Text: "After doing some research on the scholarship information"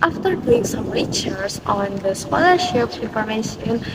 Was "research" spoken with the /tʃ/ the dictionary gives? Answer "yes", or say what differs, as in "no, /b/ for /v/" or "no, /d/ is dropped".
no, /s/ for /tʃ/